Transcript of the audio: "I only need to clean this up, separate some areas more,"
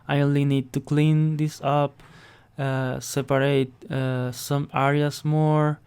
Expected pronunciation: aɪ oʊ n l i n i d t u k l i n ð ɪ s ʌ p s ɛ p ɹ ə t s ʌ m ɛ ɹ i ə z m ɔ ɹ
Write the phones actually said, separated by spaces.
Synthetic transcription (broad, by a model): aɪ oʊ n l i n i d t u k l i n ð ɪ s ʌ p s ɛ p ɹ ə t s ʌ m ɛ ɹ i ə s m ɔ ɹ